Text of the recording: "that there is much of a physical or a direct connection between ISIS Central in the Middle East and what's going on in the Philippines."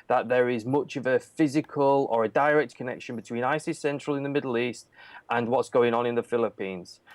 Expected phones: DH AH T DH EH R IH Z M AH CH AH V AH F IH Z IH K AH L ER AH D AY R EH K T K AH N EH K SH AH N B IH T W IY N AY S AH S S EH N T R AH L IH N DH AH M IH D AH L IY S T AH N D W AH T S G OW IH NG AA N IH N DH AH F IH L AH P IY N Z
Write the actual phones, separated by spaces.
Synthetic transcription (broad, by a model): DH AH T DH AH R IH Z M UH CH AH V AH F IH Z IH K AH L ER AH D AY R EH K T K AH N EH K SH AH N B IH T W IY N AY S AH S S EH N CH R AH L IH N DH AH M IH D L IY S T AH N W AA T S G OW IH NG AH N IH N DH AH F IH L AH P IY N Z